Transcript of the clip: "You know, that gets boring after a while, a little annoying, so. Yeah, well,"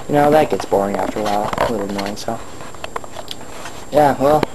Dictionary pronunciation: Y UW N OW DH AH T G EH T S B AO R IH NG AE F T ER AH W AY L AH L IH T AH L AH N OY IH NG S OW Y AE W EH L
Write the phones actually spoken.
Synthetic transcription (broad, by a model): Y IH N OW DH AH T G EH T S B AO R IH NG AE F T ER AH W AY L AH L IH T L AH N OY IH NG S OW Y AE W EH L